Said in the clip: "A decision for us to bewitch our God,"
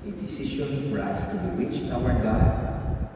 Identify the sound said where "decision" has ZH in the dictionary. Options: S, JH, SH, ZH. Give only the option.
SH